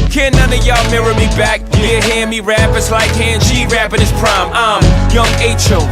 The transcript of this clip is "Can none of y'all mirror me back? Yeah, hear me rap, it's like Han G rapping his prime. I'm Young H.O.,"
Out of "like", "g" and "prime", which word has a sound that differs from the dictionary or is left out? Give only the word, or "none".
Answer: g